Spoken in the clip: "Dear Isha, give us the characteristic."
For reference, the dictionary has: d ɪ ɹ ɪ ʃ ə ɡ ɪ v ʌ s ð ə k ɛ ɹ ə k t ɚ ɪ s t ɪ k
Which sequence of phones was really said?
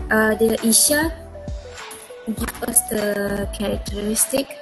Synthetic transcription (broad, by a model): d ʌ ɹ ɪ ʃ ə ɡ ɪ p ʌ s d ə k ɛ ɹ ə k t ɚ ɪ s t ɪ k